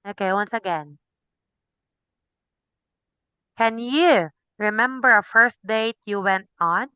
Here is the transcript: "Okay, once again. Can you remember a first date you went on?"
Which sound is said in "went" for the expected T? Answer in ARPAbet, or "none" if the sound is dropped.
T